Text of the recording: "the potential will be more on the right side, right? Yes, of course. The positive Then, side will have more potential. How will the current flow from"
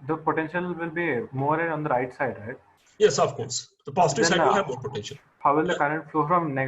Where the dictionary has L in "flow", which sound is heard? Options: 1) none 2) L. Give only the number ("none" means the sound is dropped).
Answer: 2